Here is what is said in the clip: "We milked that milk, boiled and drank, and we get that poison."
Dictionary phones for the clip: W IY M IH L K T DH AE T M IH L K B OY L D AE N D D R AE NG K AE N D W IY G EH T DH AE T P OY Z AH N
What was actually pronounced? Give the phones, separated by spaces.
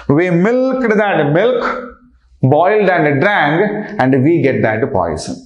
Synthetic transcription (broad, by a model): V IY M IH L K T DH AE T M IH L K B OY L D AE N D D R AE NG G AE N D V IY G EH T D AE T P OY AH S